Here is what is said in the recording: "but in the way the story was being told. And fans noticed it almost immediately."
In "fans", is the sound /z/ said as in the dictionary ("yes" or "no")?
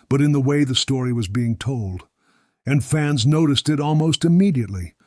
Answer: yes